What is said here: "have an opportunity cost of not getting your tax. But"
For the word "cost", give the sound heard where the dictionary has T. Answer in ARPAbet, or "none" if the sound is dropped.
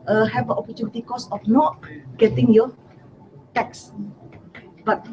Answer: none